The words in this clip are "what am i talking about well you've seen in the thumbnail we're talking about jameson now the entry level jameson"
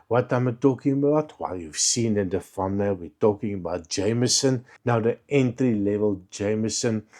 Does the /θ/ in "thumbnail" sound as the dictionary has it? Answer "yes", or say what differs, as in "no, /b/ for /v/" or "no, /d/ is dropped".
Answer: no, /f/ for /θ/